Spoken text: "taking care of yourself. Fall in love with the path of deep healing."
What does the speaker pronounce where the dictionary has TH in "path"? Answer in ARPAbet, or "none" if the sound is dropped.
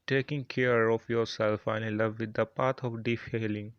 T